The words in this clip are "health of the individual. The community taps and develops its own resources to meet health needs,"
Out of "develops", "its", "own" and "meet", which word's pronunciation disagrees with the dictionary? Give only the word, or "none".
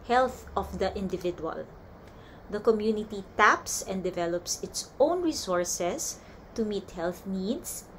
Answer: none